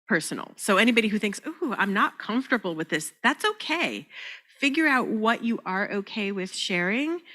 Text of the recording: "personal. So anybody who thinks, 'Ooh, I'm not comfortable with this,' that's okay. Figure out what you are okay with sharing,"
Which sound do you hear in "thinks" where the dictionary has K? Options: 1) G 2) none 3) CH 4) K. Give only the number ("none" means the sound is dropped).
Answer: 4